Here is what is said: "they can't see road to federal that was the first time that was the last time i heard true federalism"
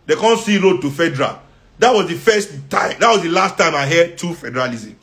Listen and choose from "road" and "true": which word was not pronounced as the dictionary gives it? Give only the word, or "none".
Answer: true